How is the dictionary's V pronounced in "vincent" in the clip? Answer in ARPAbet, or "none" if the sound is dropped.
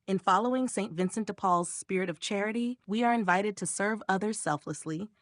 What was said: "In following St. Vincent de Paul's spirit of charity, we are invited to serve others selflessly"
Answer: V